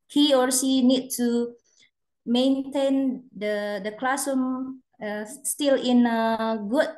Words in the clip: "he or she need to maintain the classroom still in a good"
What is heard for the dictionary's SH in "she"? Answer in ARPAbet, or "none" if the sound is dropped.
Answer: S